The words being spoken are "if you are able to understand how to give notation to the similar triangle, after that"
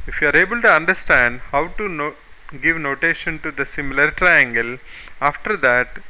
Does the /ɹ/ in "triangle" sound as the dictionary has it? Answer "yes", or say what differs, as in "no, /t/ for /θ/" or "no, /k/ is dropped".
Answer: yes